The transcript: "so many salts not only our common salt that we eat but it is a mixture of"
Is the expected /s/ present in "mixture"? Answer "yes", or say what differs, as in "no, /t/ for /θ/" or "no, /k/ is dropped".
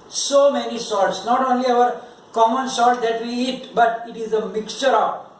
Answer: yes